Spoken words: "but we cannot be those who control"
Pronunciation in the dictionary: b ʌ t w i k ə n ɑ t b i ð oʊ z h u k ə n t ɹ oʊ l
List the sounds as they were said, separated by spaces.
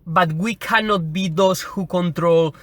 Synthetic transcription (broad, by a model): b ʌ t w i k ə n ɑ t b i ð oʊ s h u k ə n t ɹ oʊ l